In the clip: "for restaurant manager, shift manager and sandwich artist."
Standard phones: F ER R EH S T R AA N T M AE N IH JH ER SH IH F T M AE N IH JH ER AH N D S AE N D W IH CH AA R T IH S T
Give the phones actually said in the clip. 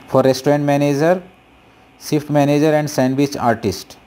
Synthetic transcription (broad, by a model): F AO R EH S T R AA N T M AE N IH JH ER S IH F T M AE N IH JH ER AH N D S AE N D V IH CH AA R T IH S T